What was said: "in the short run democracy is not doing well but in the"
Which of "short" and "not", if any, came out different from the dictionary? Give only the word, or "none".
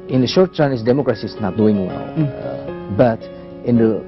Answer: none